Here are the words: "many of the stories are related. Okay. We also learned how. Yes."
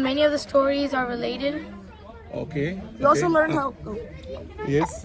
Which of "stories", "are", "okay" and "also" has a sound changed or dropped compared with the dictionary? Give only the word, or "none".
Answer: also